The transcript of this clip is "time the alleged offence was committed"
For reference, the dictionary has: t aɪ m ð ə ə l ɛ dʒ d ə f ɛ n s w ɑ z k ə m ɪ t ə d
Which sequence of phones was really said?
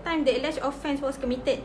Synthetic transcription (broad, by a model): t aɪ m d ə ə l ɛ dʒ ə f ɛ n s w ɑ s k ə m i t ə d